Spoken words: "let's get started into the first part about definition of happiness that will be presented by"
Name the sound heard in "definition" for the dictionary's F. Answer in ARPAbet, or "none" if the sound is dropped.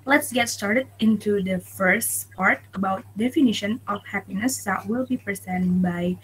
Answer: F